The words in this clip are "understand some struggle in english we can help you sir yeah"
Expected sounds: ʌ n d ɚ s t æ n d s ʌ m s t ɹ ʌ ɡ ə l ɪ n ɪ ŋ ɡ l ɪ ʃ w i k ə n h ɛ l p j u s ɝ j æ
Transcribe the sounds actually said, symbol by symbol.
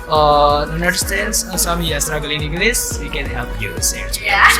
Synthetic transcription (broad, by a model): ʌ n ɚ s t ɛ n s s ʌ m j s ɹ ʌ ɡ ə l ɪ n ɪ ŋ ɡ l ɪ s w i k ə n h ɛ l p j u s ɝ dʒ